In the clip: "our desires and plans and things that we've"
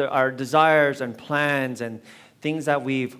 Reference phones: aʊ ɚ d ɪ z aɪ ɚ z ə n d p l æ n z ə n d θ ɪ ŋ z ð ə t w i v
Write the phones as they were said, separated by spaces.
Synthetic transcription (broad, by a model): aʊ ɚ d ɪ z aɪ ɚ z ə n p l æ n z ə n θ ɪ ŋ z ð ə t w i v